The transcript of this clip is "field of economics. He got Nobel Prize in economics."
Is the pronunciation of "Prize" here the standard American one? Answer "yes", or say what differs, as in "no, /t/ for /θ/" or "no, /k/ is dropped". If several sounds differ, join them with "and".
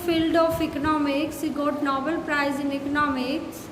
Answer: yes